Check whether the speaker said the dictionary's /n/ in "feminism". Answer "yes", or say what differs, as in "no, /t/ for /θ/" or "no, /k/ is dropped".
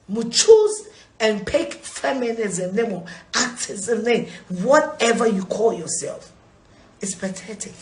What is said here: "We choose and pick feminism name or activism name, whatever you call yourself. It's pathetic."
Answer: yes